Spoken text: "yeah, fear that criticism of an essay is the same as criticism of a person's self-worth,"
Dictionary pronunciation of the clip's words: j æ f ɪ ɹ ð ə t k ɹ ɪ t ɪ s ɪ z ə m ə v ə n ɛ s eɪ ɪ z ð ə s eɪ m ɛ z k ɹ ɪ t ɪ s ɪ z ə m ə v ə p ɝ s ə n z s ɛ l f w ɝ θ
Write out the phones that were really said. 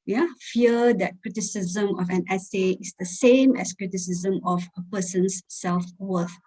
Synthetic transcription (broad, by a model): j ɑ f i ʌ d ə t k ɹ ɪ t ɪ s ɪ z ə m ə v ə n ɛ s eɪ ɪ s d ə s eɪ m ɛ s k ɹ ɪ t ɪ s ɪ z ə m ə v ə p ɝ s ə n s ɛ l f w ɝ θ